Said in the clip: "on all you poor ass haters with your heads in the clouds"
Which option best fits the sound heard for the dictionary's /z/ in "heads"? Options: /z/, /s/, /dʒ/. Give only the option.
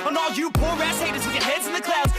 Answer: /z/